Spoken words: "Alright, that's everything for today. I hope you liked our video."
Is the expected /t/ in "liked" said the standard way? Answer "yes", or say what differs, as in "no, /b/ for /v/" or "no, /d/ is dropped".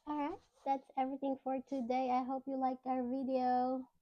no, /t/ is dropped